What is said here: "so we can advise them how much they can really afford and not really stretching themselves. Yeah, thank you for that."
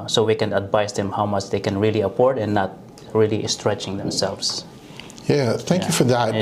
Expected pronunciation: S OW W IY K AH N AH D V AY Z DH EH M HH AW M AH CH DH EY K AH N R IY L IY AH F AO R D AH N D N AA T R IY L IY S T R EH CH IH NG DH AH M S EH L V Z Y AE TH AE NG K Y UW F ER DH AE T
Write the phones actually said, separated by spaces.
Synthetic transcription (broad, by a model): S OW W IY K AH N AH D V AY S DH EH M HH AW M AH CH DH EY K AH N R IY L IY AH P AO R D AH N N AA T R IY L IY S T R EH CH IH NG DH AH M S EH L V S Y AE TH AE NG K Y UW F ER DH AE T